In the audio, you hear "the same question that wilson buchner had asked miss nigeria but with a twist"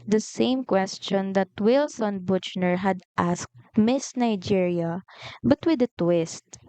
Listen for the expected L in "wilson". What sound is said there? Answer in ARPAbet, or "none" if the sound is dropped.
L